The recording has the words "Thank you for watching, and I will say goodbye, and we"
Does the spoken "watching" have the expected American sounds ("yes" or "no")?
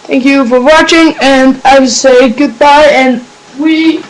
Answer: yes